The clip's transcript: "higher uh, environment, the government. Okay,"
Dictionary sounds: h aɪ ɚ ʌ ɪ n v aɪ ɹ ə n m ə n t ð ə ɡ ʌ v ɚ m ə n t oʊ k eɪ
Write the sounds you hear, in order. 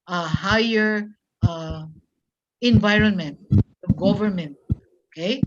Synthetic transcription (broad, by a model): h aɪ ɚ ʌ ɪ n v aɪ ɹ ə n m ə n t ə ɡ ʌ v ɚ m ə n t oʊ k eɪ